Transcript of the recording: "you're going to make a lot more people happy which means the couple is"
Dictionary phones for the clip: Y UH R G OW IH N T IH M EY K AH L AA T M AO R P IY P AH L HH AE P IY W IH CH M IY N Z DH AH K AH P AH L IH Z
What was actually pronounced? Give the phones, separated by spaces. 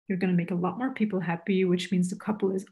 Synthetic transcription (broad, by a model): Y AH R G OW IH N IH M EY K AH L AA T M AO R P IY P L HH AE P IY W IH CH M IY N Z DH AH K AH P L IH Z